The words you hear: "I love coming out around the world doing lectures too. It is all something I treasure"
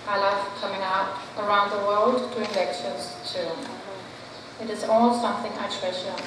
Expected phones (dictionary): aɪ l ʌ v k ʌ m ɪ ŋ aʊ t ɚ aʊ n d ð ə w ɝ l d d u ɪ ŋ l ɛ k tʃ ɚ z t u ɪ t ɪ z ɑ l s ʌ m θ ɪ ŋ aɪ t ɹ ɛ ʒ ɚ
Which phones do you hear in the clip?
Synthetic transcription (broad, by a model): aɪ l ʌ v k ʌ m ɪ ŋ aʊ t ɚ aʊ n d ð ə w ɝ l d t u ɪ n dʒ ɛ k ʃ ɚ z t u ɪ t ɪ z ɑ l s ʌ m θ ɪ ŋ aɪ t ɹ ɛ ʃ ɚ